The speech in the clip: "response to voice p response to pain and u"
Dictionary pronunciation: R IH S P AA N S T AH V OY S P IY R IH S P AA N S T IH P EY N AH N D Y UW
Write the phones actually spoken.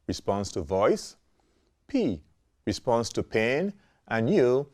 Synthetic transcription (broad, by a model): R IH S P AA N S T AH V OY S P IY R IH S P AA N S T IH P EY N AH N Y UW